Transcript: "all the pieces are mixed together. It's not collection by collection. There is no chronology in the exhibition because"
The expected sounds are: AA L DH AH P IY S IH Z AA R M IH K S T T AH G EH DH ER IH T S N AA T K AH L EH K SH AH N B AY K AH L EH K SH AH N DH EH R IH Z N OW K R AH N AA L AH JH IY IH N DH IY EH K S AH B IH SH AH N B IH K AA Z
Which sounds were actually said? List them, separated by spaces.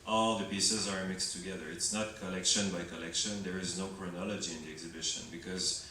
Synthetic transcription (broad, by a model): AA L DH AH P IY S IH Z AA R M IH K S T T AH G EH DH ER IH T S N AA T K AH L EH K SH AH N B AY K AH L EH K SH AH N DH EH R IH Z N OW K R AH N AA L AH JH IY IH N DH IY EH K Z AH B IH SH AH N B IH K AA Z